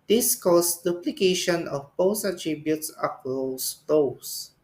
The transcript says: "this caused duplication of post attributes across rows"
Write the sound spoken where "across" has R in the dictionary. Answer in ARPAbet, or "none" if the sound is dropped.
none